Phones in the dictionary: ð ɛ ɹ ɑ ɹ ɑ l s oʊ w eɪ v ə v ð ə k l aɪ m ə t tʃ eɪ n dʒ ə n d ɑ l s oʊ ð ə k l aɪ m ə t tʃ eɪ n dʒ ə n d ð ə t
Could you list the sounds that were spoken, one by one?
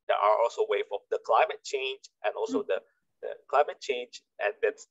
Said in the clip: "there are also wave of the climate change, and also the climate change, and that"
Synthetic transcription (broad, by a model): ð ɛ ɑ ɹ ɑ l s oʊ w eɪ f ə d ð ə k l aɪ m ə t tʃ eɪ n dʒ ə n ɑ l s oʊ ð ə k l aɪ m ə t tʃ eɪ n dʒ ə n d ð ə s